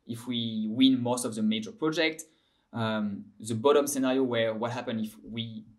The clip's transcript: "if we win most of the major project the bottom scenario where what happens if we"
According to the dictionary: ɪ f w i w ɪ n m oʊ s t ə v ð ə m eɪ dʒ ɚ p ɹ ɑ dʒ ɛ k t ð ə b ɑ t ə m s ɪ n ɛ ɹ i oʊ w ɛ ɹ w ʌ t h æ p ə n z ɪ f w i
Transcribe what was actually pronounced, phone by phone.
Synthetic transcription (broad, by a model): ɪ f w i w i n m oʊ s t ə v ð ə m eɪ dʒ ɚ p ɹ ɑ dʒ ɛ k t ð ə b ɑ t ə m s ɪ n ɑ ɹ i oʊ w ɛ ɹ w ʌ t h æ p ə n ɪ f w i